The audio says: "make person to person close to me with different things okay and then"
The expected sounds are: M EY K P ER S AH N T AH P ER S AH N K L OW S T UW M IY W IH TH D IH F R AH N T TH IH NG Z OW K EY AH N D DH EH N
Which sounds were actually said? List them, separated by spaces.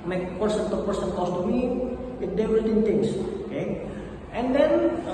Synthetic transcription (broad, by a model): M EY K P ER S AH N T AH P ER S AH N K OW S T UW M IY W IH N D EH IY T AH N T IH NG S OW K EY AH N D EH N